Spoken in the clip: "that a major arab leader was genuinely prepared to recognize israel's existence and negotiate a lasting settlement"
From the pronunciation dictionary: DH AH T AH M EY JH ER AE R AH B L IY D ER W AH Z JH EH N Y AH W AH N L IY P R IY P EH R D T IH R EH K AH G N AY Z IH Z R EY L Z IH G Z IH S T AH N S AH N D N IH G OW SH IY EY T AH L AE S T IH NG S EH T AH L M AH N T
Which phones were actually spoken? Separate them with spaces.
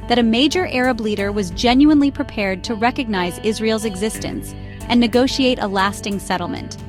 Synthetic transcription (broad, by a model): DH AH T AH M EY JH ER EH R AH B L IY D ER W AH Z JH EH N Y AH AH N L IY P R IY P EH R D T IH R EH K AH G N AY Z IH Z R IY L Z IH G Z IH S T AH N S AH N N IH G OW SH IY EY T AH L AE S T IH NG S EH T L M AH N T